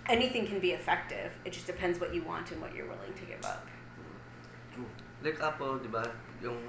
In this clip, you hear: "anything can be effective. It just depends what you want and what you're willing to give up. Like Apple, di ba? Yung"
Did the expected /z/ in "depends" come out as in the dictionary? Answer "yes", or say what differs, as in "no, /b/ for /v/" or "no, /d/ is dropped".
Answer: yes